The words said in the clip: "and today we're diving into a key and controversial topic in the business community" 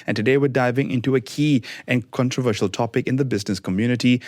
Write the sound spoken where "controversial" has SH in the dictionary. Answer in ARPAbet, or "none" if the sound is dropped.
SH